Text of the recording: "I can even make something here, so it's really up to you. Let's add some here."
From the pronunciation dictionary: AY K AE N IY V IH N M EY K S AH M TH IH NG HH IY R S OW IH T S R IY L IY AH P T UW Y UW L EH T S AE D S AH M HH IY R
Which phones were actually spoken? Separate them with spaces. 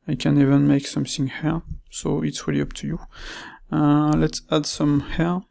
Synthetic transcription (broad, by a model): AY K AE N IY V IH N M EY K S AH M TH IH NG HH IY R S OW IH T S W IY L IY AH P T UW Y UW L EH T S AE D S AH M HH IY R